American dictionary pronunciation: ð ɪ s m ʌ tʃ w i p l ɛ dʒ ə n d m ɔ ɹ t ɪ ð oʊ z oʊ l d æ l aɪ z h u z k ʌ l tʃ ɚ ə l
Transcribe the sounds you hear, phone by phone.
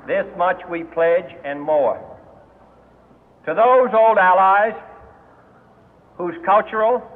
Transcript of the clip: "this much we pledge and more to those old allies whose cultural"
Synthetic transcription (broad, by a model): ð ɪ s m ʌ tʃ w i p l ɛ dʒ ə n m ɔ ɹ t ɪ ð oʊ z oʊ l d æ l aɪ z h u z k ʌ l tʃ ɚ l